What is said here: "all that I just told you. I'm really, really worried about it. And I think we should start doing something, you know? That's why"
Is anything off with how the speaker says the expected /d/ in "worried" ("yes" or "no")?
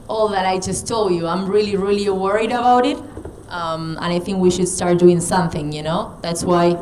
no